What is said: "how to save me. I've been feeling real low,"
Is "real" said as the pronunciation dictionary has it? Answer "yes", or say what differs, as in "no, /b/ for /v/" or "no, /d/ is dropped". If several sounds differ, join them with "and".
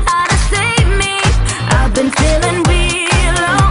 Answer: no, /w/ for /ɹ/